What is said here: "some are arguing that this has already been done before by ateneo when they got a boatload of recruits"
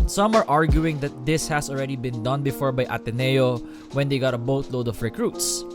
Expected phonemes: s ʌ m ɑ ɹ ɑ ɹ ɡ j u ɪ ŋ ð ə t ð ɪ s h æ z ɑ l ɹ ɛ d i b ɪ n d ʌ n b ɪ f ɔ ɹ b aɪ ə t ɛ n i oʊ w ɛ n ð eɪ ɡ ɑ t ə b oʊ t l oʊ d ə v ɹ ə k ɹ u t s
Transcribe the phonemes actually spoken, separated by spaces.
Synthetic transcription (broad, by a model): s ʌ m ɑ ɹ ɑ ɹ ɡ j u ɪ ŋ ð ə t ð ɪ s h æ s ɑ l ɹ ɛ d i b ɪ n d ʌ n b ɪ f ɔ ɹ b aɪ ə t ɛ n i oʊ w ɛ n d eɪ ɡ ɑ t ə b oʊ t l oʊ d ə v ɹ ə k ɹ u t s